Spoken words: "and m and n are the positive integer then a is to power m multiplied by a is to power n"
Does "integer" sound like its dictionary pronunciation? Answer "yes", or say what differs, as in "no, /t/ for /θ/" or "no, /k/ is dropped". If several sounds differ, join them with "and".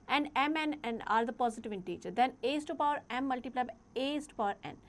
no, /tʃ/ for /dʒ/